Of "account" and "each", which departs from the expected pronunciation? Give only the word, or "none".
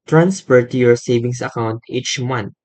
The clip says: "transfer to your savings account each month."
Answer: none